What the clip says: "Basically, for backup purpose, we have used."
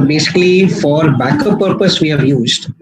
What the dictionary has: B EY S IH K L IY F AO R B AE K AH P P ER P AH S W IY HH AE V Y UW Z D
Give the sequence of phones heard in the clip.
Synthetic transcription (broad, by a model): B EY S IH K L IY F AO R B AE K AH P P ER P AH S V IY HH AE V Y UW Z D